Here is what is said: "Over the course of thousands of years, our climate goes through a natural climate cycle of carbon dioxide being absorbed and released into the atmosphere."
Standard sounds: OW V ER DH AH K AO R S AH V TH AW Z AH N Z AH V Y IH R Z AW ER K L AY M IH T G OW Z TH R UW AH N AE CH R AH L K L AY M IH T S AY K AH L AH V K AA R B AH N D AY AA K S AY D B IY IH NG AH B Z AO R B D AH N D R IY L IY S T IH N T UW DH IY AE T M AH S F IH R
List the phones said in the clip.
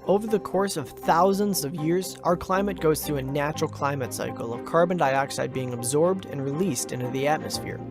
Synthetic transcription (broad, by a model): OW V ER DH AH K AO R S AH V TH AW Z AH N Z AH V Y IH R Z AW ER K L AY M IH T G OW Z TH R UW AH N AE CH R L K L AY M IH T S AY K L AH V K AA R B AH N D AY AA K S AY D B IY IH NG AH B Z AO R B D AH N R IY L IY S T IH N T UW DH IY AE T M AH S F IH R